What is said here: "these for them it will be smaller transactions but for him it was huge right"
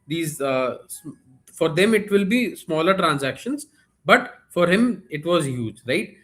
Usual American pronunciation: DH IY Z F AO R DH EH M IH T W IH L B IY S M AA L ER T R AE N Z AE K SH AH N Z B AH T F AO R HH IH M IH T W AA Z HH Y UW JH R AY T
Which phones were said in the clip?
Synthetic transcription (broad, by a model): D IY Z F AO R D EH M IH T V IH L B IY S M AA L ER T R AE N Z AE K SH AH N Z B AH T F AO R HH IH M IH T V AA Z HH Y UW JH R AY T